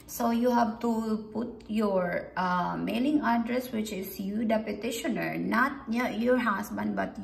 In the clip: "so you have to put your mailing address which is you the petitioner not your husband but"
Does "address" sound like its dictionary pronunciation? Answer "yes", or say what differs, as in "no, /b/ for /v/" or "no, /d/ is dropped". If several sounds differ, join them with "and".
yes